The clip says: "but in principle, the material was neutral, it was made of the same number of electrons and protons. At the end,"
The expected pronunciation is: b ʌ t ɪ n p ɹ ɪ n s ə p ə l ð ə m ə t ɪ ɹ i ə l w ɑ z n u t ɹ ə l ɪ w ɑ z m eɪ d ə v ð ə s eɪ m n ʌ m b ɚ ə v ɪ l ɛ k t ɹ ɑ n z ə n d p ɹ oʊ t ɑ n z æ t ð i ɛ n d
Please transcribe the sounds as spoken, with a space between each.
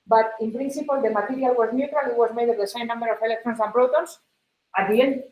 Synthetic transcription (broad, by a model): b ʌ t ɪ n p ɹ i n s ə p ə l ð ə m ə t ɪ ɹ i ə l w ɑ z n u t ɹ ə l ɪ w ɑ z m eɪ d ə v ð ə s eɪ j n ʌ m b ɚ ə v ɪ l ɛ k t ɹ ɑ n s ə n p ɹ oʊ t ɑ n s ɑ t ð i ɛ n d